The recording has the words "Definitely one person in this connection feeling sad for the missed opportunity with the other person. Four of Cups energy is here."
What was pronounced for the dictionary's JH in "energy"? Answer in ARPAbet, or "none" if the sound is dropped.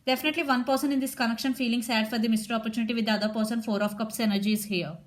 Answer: JH